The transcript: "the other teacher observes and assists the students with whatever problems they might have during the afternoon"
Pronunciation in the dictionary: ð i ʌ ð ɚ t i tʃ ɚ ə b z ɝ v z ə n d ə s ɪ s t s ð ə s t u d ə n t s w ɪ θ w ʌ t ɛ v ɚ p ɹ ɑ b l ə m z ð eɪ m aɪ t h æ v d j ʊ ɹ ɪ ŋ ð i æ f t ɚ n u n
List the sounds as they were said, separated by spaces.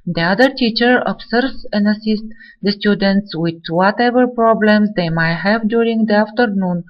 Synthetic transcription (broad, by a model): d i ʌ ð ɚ t i tʃ ɚ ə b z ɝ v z ə n d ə s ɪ s t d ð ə s t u d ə n t s w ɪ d w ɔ t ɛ v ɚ p ɹ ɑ b l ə m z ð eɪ m aɪ t h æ v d j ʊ ɹ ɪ ŋ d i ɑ f t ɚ n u n